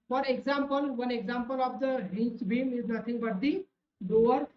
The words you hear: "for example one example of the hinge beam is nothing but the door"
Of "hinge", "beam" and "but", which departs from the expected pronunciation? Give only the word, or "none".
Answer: hinge